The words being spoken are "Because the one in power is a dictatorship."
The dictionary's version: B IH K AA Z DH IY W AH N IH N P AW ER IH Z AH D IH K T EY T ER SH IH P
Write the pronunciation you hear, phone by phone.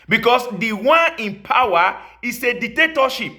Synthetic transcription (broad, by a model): B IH K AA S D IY W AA N IH N P AW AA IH S AH D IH K T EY T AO SH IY P